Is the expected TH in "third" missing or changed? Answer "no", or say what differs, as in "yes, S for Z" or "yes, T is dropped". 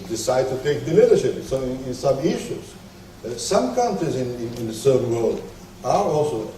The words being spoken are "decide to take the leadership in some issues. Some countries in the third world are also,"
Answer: yes, S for TH